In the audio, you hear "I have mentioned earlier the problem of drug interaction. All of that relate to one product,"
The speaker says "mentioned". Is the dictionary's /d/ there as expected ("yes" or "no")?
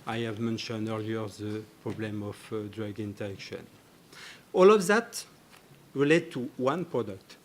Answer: yes